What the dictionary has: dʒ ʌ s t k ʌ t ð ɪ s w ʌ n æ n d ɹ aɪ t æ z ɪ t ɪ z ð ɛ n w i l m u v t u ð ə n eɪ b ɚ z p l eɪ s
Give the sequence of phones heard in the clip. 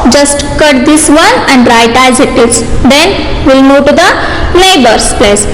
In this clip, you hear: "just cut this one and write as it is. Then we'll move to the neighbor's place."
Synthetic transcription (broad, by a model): dʒ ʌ s t k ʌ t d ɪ s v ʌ n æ n d ɹ aɪ t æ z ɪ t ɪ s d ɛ n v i l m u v t u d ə l eɪ b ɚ s p l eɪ s